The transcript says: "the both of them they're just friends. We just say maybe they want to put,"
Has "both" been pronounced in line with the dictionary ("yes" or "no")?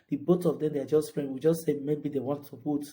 no